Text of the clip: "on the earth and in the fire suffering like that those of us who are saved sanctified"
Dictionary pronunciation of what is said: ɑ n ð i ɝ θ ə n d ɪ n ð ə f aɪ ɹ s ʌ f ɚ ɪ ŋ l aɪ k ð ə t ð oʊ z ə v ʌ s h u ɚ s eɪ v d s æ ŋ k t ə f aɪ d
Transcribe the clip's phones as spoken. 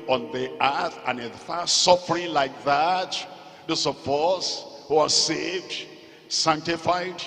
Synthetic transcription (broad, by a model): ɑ n ð i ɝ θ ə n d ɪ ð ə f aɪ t s ʌ f ɚ ɪ ŋ l aɪ k ð ə t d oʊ s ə p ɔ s h u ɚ s eɪ v d s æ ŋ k t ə f aɪ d